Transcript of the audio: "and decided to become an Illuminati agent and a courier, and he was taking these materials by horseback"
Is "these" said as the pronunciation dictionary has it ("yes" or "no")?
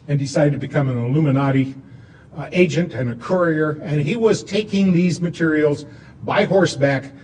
yes